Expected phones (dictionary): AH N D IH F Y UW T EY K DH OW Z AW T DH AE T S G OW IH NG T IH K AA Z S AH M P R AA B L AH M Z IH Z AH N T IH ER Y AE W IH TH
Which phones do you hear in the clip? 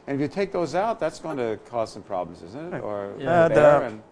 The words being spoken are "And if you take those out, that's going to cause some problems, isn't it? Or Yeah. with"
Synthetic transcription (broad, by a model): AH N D IH F Y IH T EY K DH OW Z AW T DH AE T S G OW IH NG T IH K AA Z S AH M P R AA B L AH M Z IH Z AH N T IH ER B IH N